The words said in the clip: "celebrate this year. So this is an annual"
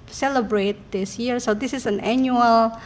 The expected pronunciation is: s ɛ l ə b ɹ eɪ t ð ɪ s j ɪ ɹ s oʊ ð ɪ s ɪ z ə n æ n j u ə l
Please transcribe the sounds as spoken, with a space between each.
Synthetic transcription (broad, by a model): s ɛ l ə b ɹ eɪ t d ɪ s j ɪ ɹ s oʊ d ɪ s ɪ s ə n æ n j u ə l